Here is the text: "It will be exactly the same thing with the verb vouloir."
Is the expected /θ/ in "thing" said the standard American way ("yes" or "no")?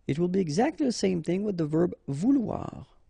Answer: yes